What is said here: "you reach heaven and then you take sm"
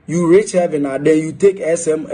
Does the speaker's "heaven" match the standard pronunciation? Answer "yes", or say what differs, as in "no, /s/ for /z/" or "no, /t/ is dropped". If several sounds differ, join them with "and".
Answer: yes